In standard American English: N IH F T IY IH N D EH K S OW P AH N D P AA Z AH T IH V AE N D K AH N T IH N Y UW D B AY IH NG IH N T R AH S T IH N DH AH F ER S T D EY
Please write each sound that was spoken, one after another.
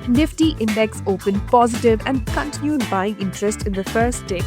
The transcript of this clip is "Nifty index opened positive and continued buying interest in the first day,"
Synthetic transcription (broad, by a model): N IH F T IY IH N D EH K S OW P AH N P AA Z AH T IH V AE N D K AH N T IH N Y UW D B AY IH NG IH N T R AH S T IH N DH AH F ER S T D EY